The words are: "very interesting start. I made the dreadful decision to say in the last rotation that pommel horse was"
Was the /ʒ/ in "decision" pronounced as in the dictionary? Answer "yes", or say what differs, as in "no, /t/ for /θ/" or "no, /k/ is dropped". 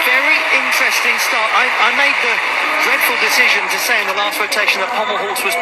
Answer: yes